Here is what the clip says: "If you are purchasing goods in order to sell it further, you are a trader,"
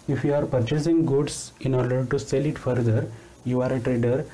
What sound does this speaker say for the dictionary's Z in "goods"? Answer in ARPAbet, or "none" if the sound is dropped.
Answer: S